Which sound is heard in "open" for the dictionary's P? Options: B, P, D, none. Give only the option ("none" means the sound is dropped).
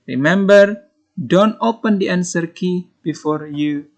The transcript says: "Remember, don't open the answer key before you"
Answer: P